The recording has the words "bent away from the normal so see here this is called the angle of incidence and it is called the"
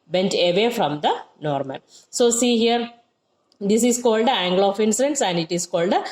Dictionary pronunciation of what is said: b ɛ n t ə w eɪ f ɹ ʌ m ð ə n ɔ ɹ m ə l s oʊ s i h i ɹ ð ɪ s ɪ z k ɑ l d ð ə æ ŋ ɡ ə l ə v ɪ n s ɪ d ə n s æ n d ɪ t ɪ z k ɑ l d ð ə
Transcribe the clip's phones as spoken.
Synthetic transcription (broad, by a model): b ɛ n t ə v eɪ f ɹ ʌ m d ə n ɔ ɹ m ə n s oʊ s i h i ɹ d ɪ s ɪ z k ɑ l d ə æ ŋ ɡ l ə f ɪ n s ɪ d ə n s æ n d ɪ t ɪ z k ɑ l d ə